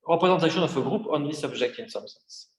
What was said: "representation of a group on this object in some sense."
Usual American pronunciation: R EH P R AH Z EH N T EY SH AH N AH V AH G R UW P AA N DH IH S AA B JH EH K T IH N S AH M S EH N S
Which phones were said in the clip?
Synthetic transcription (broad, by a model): R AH P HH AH Z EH T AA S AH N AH F AH G R UW P AA N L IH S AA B ZH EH K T IH N S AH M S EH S